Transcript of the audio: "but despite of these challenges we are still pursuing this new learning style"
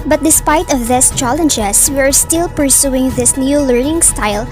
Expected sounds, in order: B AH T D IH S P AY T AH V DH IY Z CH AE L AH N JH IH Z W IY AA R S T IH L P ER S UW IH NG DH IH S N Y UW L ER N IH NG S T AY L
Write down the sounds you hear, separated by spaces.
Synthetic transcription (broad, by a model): B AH T D IH S P AY T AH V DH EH S CH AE L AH N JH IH S W IY AA R S T IH L P ER S UW IH NG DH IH S N Y UW L ER N IH NG S T AY L